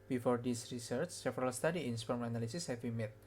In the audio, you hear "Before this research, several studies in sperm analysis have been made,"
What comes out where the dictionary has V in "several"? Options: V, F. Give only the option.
F